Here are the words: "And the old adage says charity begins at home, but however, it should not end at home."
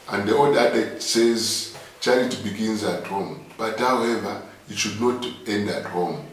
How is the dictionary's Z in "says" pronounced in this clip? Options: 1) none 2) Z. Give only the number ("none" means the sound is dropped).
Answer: 2